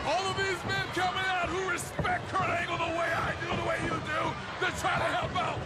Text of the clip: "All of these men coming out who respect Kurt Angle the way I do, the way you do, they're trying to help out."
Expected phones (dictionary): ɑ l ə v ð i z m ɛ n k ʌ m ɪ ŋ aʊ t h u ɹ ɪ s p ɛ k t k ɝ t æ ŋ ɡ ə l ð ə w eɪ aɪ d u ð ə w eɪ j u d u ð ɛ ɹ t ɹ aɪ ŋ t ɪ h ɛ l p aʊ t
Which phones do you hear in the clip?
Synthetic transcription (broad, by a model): ɑ l ə v ð i z m ɛ n k ʌ m ɪ ŋ aʊ t h u ɹ ɪ s p ɛ k t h ɝ æ ŋ ɡ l ð ə w eɪ aɪ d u ð ə w eɪ j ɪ d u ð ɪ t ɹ aɪ t ɪ h ɛ l p aʊ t